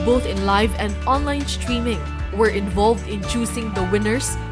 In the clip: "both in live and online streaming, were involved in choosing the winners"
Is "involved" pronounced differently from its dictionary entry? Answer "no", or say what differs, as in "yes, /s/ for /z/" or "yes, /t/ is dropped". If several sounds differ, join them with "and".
no